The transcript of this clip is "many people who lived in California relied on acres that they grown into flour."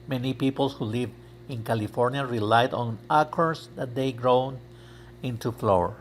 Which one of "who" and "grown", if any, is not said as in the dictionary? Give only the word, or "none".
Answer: none